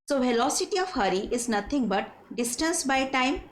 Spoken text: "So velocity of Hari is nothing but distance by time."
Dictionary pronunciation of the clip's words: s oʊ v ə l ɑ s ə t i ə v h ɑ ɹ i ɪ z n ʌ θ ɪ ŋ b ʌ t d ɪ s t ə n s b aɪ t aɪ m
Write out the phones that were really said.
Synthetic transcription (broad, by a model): s oʊ v ə l ɑ s ə t i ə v h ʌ ɹ i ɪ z n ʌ t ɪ ŋ b ʌ t d ɪ s t ə n s b aɪ t aɪ m